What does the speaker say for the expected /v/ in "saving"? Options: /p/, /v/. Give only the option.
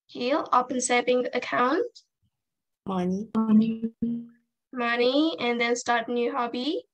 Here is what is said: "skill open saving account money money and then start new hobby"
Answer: /p/